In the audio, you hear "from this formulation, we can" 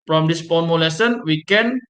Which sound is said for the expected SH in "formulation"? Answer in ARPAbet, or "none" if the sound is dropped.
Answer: S